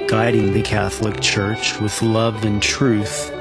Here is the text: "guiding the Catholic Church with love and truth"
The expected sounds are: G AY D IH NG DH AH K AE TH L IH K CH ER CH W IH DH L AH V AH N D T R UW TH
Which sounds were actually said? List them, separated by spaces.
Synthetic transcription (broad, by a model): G AY D IH NG DH AH K AE TH L IH K CH ER CH W IH DH L AH V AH N T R UW TH